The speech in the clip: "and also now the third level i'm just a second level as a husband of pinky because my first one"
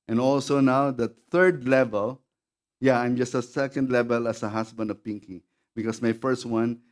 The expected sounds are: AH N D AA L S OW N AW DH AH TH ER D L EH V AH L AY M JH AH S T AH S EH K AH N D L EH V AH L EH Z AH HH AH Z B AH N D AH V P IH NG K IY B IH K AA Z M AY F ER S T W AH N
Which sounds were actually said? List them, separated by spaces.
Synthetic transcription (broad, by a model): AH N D AA L S OW N AW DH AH TH ER D L EH V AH L AY M JH AH S T AH S EH K AH N D L EH V AH L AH S AH HH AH S B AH N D AH V P IH NG K IY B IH K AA S M AY F ER S T W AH N